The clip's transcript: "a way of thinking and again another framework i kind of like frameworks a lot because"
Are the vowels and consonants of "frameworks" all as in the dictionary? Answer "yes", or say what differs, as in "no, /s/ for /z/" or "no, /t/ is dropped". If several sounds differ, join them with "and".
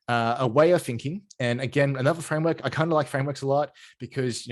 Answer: yes